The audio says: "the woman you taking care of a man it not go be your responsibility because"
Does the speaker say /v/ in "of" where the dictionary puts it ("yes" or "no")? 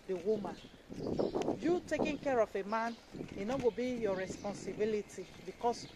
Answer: no